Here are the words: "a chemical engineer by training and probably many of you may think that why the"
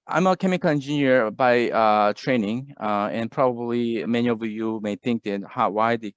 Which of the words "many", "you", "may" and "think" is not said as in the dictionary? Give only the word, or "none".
none